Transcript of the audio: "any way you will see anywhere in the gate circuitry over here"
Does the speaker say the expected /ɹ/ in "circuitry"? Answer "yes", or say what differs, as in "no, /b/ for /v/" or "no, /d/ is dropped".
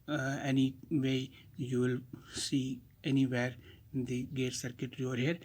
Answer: yes